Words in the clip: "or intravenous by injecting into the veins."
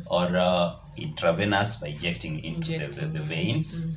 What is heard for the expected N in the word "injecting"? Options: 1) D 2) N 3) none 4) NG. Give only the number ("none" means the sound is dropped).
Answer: 3